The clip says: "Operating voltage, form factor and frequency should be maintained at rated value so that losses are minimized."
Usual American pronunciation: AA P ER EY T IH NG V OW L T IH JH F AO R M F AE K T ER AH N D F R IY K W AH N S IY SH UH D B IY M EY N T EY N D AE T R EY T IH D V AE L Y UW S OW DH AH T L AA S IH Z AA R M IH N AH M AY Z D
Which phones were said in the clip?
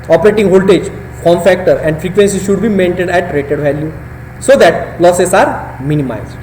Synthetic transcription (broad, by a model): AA P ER EY T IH NG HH OW L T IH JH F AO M F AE K T ER AH N D F R IY K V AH N S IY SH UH D B IY M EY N T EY D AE T R EY T IH D V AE L Y UW S OW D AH T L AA S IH S AA R M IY N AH M AY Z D